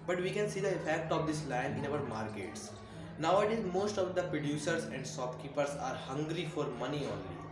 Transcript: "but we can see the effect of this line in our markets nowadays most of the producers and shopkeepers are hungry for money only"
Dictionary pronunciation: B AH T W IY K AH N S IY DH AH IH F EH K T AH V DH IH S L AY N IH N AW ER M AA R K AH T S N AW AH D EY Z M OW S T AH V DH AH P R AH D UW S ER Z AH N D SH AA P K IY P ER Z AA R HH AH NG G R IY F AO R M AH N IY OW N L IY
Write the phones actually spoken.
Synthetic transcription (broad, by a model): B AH T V IY K AH N S IY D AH IH F EH K T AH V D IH S L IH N IH N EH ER M AA R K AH T S N AW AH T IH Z M OW S T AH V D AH P R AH D UW S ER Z AH N D S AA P K IY P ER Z AA R HH AH NG G R IY F AO R M AH N IY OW N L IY